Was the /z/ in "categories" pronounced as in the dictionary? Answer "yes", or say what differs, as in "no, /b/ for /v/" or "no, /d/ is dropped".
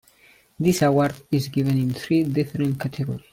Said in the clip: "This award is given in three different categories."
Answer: no, /z/ is dropped